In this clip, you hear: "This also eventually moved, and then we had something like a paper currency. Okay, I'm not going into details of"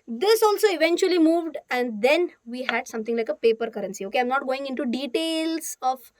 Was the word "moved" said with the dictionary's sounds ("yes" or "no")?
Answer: yes